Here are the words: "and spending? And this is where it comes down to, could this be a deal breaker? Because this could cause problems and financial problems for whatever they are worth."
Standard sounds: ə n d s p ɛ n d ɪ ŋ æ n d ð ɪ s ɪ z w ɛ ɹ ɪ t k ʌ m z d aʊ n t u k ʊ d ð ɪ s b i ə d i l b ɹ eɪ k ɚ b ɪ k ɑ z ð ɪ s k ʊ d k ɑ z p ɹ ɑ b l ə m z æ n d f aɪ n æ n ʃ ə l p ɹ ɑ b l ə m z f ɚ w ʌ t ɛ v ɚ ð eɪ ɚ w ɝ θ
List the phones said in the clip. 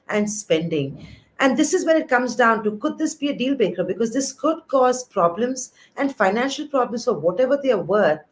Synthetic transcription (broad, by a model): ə n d s p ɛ n d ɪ ŋ æ n d ɪ s ɪ z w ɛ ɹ ɪ t k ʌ m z d aʊ n t u k ʊ d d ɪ s b i ə d i l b eɪ k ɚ b ɪ k ɑ z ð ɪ s k ʊ d k ɑ z p ɹ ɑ b l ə m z æ n d f aɪ n æ n ʃ ə l p ɹ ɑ b l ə m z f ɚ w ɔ t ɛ v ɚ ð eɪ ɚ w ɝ